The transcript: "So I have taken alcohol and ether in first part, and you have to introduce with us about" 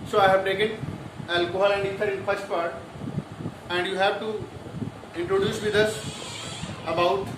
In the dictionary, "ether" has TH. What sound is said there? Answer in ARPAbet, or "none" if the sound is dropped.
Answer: T